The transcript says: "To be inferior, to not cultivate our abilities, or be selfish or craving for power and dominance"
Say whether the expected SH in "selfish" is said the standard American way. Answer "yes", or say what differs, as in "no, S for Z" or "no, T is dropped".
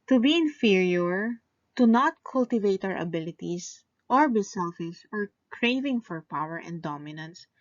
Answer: no, S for SH